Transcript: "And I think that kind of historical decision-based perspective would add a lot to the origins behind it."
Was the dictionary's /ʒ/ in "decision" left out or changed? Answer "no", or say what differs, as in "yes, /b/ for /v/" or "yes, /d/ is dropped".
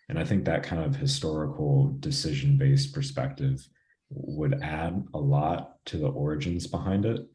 no